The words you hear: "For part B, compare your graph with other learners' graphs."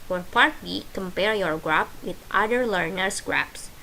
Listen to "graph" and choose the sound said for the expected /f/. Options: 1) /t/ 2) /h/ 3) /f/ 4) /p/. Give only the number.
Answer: 4